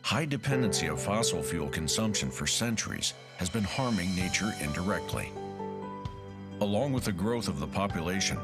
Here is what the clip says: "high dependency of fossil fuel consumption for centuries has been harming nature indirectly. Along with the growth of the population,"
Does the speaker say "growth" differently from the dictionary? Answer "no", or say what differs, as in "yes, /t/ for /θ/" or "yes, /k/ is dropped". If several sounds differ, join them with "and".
no